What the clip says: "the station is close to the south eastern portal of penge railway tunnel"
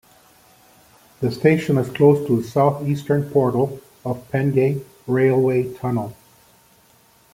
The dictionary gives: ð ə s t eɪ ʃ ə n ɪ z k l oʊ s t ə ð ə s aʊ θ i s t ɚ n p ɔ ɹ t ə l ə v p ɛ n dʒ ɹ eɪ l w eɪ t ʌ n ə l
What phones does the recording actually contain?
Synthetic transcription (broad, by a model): ð ə s t eɪ ʃ ə n ɪ z k l oʊ s t ə ð ə s aʊ θ i s t ɚ n p ɔ ɹ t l ə v p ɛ n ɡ ɹ eɪ l w eɪ t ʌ n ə l